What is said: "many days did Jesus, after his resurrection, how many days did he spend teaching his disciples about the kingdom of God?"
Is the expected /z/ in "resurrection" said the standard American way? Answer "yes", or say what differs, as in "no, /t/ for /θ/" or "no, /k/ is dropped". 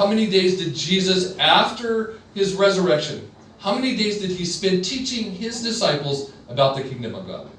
yes